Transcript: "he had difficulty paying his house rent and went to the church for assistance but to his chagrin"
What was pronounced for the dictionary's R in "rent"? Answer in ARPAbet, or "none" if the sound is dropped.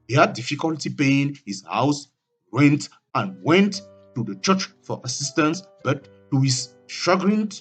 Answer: W